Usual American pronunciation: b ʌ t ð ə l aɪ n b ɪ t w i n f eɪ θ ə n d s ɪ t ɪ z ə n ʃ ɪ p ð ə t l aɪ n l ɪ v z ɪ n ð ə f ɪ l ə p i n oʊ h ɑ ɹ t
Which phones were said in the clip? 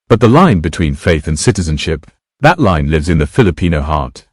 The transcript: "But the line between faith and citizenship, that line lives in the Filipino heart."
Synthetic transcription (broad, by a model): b ʌ t ð ə l aɪ n b ɪ t w i n f eɪ θ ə n s ɪ t ɪ z ə n ʃ ɪ p ð ə t l aɪ n l ɪ v z ɪ n ð ə f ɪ l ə p i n oʊ h ɑ ɹ t